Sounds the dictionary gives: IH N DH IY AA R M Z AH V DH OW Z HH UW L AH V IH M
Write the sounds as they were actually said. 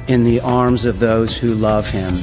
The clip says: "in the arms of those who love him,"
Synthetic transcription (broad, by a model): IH N DH IY AA R M Z AH V DH OW Z HH UW L AH V IH M